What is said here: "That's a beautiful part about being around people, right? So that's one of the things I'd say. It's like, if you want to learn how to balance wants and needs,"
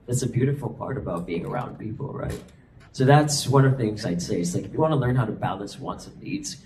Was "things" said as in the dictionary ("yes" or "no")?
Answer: yes